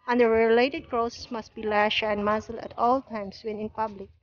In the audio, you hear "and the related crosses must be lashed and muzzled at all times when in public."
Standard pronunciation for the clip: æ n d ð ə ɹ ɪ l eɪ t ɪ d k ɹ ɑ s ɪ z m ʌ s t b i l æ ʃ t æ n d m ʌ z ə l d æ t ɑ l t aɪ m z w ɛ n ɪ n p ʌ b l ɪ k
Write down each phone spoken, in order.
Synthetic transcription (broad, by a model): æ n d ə ɹ ɪ l eɪ t ɪ d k ɹ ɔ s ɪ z m ʌ s t b i l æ ʃ æ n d m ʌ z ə l æ t ɑ l t aɪ m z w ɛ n ɪ n p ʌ b l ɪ k